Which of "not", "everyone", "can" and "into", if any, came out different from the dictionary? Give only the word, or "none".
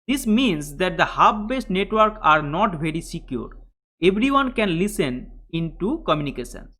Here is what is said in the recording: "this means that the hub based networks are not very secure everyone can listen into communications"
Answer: everyone